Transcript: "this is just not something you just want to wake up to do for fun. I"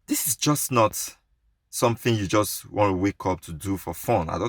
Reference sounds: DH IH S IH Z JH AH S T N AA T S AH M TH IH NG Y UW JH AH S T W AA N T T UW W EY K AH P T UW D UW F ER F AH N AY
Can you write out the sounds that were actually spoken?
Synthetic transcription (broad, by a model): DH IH S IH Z JH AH S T N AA T S AH M TH IH NG Y UW JH AH S T W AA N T T UW W EY K AH P T UW D UW F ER F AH N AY